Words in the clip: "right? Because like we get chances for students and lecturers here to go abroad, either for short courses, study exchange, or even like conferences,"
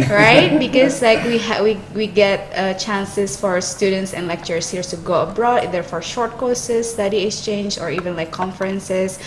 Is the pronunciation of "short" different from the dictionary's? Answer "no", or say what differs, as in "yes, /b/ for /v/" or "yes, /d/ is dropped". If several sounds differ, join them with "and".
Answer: no